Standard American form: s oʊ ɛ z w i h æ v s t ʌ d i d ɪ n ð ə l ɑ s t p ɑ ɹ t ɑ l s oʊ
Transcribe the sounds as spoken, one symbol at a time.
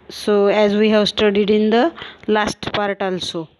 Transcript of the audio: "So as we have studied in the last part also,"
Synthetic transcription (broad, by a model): s oʊ ɛ z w i h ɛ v s t ʌ d i d ɪ n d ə l ɑ s t p ɑ ɹ t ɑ l s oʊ